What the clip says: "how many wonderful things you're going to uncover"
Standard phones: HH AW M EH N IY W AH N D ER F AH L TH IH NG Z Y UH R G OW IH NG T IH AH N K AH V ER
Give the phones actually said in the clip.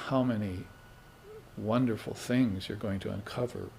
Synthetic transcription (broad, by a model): HH AW M EH N IY W AH N D ER F L TH IH NG Z Y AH R G OW IH NG T IH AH N K AH V ER